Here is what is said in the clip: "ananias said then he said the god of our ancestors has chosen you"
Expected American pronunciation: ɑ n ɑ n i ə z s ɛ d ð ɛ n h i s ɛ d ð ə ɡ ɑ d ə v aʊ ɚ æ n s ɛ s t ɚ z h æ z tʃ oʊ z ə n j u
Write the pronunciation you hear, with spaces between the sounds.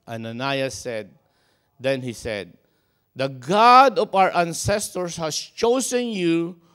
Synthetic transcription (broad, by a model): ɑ n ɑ n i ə s ɛ d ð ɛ n h i s ɛ d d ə ɡ ɑ d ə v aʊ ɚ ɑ n s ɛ s t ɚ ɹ h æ s tʃ oʊ s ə n j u